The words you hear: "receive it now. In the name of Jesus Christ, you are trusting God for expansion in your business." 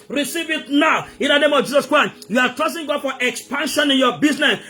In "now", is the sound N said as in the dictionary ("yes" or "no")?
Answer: yes